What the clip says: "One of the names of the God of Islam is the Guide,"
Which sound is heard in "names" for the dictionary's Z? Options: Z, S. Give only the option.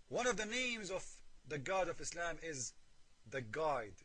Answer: Z